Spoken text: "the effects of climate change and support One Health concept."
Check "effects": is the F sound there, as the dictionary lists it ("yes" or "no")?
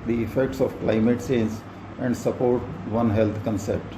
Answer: yes